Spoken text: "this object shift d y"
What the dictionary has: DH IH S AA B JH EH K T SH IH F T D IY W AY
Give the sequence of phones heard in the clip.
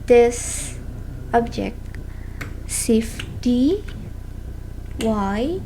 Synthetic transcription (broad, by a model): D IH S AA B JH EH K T S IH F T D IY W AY